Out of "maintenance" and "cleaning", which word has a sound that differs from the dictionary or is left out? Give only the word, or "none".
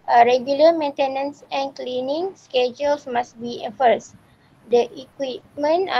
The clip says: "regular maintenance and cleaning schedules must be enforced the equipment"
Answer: none